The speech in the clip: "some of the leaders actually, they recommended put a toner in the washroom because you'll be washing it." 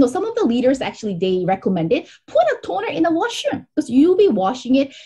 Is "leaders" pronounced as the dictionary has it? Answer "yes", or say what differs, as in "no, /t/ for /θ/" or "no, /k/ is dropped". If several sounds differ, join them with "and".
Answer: yes